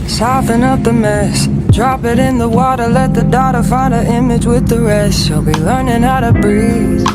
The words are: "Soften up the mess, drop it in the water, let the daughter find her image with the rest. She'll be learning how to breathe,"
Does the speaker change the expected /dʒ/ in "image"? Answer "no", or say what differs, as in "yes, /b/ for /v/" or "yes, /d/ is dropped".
no